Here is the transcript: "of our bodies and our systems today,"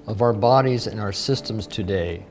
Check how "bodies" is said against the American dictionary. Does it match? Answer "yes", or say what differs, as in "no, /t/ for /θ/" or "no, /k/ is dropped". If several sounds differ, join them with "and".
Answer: yes